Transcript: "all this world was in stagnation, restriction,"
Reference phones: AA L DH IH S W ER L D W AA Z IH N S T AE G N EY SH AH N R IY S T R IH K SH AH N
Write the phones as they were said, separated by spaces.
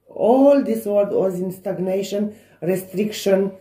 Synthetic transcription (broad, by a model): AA L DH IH S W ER D W AA Z IH N S T AE G N EY SH AH N R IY S T R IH K SH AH N